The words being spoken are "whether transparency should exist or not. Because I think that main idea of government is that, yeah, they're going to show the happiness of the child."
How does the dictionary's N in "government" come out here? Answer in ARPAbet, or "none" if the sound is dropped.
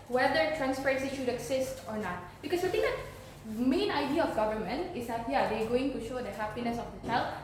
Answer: N